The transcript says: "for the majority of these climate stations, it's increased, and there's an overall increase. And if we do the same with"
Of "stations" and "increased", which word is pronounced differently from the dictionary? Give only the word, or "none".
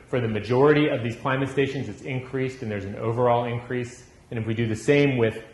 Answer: none